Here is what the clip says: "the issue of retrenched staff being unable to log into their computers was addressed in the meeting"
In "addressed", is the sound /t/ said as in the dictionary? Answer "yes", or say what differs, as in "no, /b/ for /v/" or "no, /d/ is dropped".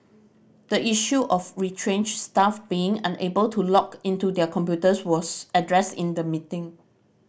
yes